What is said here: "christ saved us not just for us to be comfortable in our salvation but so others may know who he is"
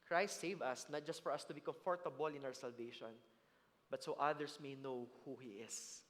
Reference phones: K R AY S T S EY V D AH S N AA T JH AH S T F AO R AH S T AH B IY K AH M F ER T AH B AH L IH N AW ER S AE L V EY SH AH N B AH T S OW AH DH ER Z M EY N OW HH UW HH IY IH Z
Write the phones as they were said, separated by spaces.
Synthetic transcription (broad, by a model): K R AY S T S EY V AH S N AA T JH AH S T F AO R AH S T AH B IY K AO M F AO T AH B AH L IH N AW ER S AE L V EY SH AH N B AH T S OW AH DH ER S M EY N OW HH UW HH IY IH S